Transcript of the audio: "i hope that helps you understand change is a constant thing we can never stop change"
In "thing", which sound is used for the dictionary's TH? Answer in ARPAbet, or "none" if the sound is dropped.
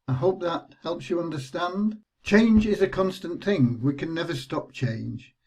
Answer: TH